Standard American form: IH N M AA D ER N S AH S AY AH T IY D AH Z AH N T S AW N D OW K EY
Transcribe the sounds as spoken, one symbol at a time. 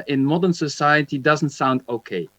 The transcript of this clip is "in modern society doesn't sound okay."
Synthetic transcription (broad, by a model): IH N M AA D ER N S AH S AY AH T IY D AH Z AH N T S AW N D OW K EY